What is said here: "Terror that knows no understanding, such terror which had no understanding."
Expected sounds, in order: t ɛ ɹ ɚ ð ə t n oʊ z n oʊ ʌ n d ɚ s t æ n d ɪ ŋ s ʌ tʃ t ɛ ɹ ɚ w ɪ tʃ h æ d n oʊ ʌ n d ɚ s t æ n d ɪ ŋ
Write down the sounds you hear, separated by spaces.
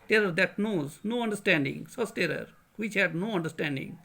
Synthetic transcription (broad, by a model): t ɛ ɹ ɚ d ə t n oʊ z n oʊ ʌ n d ɚ s t æ n d ɪ ŋ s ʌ s t ɛ ɹ ɚ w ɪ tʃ h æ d n oʊ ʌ n d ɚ s t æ n d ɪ ŋ